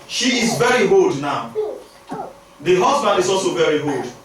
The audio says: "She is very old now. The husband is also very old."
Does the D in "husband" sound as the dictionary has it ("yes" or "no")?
yes